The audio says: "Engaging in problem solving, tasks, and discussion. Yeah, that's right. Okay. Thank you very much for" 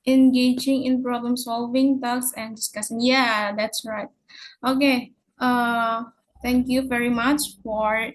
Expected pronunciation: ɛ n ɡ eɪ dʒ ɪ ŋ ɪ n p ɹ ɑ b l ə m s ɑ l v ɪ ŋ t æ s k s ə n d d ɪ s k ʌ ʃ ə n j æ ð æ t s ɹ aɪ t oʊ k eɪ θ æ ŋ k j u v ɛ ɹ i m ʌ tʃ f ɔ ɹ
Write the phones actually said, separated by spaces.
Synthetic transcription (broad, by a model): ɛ n ɡ eɪ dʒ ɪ ŋ ɪ n p ɹ ɑ b l ə m s ɑ l v ɪ ŋ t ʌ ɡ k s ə n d d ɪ s k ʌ s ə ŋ j æ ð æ t s ɹ aɪ t oʊ k eɪ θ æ ŋ k j u v ɛ ɹ i m ʌ tʃ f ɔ ɹ